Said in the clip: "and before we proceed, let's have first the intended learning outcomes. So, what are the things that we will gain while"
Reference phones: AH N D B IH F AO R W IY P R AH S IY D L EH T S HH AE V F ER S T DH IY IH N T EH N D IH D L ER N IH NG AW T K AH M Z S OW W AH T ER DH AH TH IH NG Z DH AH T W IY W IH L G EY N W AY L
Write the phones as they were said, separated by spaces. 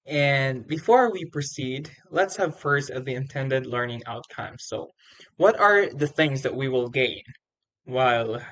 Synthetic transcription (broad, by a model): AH N B IH F AO R W IY P R AH S IY D L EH T S HH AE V F ER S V DH IY IH N T EH N D IH D L ER N IH NG AW T K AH M S OW W AH T ER DH AH TH IH NG Z DH AH T W IY W IH L G EY N W AY L